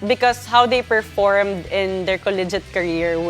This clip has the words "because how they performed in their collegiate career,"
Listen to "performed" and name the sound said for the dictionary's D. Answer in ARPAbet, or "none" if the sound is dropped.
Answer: D